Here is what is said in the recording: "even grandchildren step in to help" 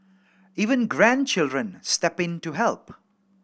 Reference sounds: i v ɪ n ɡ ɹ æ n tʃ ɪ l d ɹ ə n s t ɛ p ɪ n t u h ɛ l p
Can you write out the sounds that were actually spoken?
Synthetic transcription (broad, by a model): i v ɪ n ɡ ɹ æ n tʃ ɪ l d ɹ ə n s t ɛ p ɪ n t u h ɛ l p